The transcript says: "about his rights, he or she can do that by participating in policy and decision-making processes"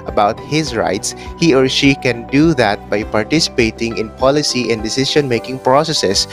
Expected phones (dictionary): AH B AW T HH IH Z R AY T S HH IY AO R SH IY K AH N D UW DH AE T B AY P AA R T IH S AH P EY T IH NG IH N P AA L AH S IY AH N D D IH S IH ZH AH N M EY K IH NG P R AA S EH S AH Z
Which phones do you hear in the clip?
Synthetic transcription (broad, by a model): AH B AW T HH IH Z R AY T S HH IY AO R SH IY K AH N D UW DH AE T B AY P AA R T IH S AH P EY T IH NG IH N P AA L AH S IY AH N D D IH S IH SH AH N M EY K IH NG P R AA S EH S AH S